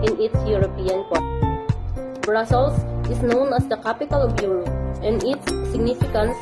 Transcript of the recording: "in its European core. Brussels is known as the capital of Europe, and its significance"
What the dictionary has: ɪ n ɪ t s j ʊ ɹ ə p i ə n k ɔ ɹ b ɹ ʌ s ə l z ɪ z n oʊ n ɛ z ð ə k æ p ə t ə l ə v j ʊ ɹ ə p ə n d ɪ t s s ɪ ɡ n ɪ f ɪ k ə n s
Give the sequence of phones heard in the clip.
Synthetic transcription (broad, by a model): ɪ n ɪ t s j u ɹ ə p i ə n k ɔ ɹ b ɹ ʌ s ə l s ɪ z n oʊ n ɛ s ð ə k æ p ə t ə l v j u ɹ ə ə n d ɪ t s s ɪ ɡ n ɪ f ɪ k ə n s